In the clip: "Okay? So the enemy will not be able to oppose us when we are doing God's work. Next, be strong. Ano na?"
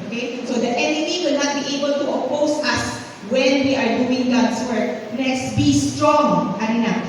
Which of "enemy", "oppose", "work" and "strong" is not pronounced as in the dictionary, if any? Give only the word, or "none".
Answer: oppose